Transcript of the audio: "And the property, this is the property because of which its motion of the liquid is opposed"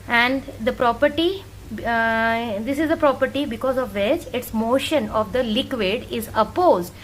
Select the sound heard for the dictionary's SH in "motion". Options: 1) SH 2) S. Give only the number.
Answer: 1